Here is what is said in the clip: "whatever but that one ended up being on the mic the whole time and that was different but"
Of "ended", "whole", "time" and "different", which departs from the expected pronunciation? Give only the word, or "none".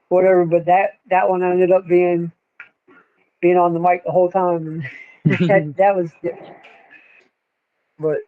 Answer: different